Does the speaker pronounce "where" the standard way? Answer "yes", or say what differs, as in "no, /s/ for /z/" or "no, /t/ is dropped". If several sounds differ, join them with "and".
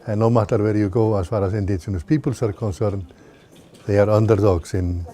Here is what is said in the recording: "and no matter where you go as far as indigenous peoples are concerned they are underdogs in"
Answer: yes